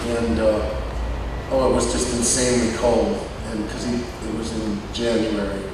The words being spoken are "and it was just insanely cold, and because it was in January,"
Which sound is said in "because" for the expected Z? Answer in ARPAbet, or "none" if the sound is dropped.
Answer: none